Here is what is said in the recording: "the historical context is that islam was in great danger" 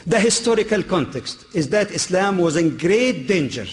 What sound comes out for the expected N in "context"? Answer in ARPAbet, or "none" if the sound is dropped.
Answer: N